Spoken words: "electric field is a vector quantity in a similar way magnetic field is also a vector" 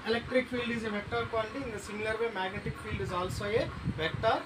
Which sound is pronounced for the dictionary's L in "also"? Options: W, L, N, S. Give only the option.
L